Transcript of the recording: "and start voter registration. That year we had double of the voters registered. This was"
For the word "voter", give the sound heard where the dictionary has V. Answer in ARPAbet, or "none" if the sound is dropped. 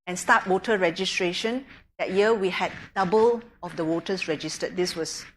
W